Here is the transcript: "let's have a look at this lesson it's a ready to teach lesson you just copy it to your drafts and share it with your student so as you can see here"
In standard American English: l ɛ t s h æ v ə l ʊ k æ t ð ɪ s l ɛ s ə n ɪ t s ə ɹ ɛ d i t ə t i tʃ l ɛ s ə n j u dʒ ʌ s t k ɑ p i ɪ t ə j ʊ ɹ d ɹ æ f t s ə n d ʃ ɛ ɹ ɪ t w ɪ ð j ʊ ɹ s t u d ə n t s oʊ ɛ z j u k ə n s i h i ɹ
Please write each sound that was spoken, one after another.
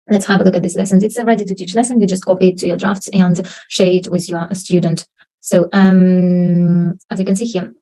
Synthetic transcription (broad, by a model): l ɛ t s h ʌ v ə l ʊ k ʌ t ð ɪ s l ɛ s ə n ɪ t s ə ɹ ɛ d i t ə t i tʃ l ɛ s ə n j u dʒ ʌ s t k ɑ p i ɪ t ə j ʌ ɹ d ɹ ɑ f t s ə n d ʃ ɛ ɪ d w ɪ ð j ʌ ɹ s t u d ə n t s oʊ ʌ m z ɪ k ə n s i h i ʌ